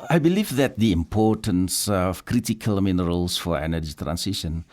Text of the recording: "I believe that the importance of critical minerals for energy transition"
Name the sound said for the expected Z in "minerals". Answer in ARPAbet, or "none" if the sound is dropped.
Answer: S